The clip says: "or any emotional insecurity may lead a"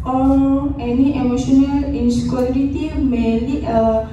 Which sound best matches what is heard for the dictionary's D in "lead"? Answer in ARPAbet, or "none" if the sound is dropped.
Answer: none